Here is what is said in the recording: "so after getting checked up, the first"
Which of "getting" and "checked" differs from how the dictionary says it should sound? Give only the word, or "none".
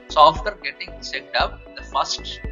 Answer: checked